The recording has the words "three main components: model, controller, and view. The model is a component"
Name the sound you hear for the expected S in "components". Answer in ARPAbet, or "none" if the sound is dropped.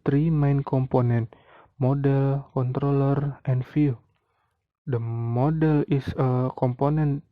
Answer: none